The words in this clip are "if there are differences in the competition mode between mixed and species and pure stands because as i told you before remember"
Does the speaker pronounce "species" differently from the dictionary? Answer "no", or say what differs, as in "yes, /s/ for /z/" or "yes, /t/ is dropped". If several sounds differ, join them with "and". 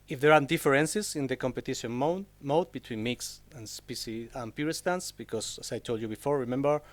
yes, /s/ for /ʃ/ and /z/ is dropped